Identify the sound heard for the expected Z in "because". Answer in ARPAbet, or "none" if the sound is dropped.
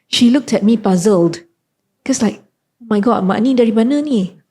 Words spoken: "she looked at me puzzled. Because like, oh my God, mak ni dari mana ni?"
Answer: S